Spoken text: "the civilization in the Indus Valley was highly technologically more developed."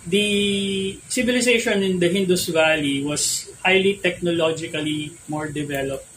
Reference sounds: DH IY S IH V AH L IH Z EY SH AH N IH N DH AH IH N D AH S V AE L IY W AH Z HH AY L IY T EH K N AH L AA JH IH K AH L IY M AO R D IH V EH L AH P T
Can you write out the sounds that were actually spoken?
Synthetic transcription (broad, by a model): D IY S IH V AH L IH S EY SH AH N IH N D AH IH N D AH S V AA L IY W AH S HH AY L IY T EH K N AH L AA JH IH K AH L IY M AO R D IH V EH L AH P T